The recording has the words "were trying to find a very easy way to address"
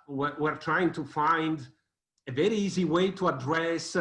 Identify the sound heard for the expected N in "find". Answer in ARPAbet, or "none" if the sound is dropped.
N